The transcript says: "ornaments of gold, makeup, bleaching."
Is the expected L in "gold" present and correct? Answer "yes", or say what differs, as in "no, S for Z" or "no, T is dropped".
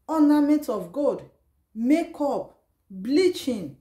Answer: no, L is dropped